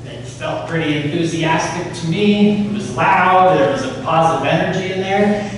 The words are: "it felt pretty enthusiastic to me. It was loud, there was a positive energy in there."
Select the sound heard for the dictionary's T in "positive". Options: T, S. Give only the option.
T